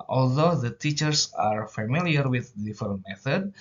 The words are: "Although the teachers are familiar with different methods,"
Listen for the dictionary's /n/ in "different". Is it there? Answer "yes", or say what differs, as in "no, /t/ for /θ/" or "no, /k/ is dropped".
no, /n/ is dropped